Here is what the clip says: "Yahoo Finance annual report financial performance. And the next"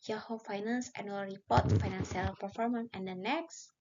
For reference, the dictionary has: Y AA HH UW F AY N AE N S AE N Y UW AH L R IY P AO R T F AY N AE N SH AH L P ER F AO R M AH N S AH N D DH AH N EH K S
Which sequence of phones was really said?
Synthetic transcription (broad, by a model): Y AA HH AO F AY N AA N S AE N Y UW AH L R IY P AO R T F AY N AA N S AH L P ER F AO R M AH N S AH N D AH N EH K S